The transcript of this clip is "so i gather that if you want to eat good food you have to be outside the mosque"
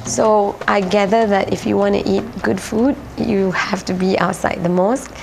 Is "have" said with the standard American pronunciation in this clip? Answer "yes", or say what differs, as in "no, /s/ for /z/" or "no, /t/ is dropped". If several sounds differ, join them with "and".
no, /f/ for /v/